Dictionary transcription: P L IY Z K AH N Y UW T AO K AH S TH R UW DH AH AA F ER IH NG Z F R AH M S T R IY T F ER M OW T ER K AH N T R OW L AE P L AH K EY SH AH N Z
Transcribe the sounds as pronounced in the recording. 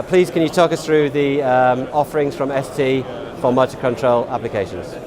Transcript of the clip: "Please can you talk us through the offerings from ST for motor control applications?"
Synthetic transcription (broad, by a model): P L IY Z K AH N Y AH T AO K AH S TH R UW DH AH AA F ER IH NG Z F R AH M S T IY F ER M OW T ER K AH N T R OW L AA P L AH K EY SH AH N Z